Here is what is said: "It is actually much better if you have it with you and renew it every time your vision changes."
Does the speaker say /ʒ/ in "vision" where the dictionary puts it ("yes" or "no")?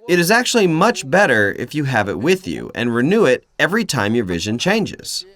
yes